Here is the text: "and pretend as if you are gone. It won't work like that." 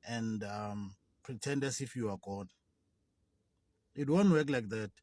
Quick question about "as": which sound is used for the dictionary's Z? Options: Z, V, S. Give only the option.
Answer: S